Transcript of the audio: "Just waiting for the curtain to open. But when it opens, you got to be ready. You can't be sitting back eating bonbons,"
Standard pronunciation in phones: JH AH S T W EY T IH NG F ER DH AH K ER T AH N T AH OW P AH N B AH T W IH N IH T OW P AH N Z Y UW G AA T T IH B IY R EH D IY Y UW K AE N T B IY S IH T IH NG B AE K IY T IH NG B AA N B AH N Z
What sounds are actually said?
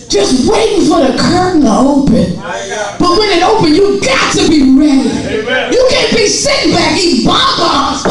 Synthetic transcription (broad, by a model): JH AH S T W EY T IH NG F ER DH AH K ER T N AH OW P AH N B AH T W IH N IH T OW P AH N Y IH G AA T T IH B IY R EH D IY Y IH K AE N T B IY S IH T IH NG B AE K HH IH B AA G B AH